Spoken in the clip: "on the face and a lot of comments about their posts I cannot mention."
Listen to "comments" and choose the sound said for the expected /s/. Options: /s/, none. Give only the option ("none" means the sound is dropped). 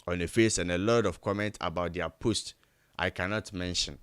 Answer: none